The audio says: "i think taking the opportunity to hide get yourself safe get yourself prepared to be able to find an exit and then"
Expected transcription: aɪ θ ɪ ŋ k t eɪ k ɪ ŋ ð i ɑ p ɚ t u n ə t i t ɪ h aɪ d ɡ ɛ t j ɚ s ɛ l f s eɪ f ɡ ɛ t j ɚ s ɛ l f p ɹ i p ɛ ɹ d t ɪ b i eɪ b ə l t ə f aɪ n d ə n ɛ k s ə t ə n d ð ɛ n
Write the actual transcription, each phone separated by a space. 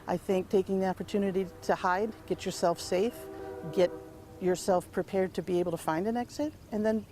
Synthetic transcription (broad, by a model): aɪ θ ɪ ŋ k t eɪ k ɪ ŋ ð i ɑ p ɚ t u n ə t i t ɪ h aɪ d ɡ ɛ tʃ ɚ s ɛ l f s eɪ f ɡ ɛ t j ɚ s ɛ l f p ɹ i p ɛ ɹ d t ɪ b i eɪ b l t ə f aɪ n d ə n ɛ k s ə t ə n ð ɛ n